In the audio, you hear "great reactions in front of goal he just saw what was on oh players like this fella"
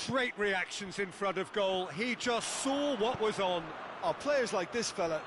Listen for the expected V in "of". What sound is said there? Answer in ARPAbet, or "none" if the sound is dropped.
V